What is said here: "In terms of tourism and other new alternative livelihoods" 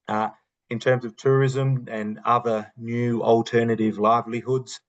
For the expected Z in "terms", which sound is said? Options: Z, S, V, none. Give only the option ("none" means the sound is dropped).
Z